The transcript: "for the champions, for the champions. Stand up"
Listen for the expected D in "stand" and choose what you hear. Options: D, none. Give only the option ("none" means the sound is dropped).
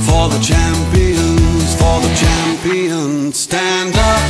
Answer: D